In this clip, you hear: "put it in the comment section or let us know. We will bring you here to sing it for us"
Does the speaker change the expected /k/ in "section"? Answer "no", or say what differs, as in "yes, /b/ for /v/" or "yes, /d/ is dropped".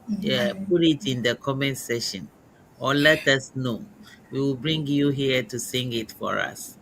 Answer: yes, /k/ is dropped